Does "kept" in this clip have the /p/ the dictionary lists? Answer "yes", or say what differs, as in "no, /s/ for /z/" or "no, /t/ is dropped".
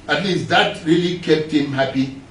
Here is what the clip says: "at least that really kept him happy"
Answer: yes